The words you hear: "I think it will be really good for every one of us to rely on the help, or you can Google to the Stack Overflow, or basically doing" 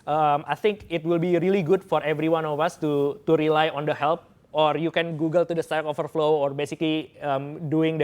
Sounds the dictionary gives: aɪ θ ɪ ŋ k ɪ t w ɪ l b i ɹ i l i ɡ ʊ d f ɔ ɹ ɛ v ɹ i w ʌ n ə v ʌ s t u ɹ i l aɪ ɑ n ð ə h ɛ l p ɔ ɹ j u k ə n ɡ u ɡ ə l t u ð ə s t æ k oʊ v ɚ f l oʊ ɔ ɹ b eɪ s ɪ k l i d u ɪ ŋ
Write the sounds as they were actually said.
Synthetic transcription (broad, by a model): aɪ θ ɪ ŋ k ɪ t w ɪ l b i ɹ i l i ɡ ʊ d f ɔ ɹ ɛ v ɹ i w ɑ n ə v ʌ s t u ɹ i l aɪ ɑ n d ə h ɛ l p ɔ ɹ j u k ə n ɡ u ɡ ə l t u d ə s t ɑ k oʊ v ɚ f l oʊ ɔ ɹ b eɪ s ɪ k l i d u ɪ ŋ